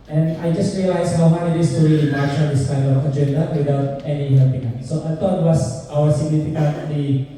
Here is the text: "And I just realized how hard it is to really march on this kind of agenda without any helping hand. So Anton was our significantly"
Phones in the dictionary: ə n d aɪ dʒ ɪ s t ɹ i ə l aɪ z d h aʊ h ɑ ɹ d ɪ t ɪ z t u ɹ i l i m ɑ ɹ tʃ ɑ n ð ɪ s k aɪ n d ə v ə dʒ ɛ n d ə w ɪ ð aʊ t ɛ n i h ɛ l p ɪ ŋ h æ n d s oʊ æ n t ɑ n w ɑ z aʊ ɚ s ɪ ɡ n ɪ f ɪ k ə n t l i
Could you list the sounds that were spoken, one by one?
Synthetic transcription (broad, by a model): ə n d aɪ dʒ ɪ s t ɹ i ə l aɪ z h aʊ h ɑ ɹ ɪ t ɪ s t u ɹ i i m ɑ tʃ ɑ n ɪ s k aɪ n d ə f ə dʒ ɛ n d ə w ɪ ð aʊ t ɛ n i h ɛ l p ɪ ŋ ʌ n s oʊ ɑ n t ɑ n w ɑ s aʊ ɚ s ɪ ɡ n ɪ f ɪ k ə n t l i